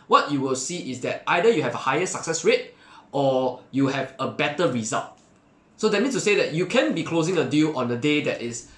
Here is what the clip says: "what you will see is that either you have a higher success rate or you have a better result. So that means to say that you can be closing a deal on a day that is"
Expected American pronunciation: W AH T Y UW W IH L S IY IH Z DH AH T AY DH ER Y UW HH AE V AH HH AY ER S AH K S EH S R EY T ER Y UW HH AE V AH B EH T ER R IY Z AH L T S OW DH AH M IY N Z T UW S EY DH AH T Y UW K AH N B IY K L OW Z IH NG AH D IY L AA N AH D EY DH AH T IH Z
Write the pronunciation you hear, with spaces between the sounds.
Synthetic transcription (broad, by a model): W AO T Y UW W IH L S IY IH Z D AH T AY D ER Y UW HH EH V AH HH AY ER S AH K S EH S R EY T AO Y UW HH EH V AH B EH T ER R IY Z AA L T S OW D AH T IY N S T UW S EY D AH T Y UW K AH N B IY K L OW Z IH NG AH D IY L AA N AH D EY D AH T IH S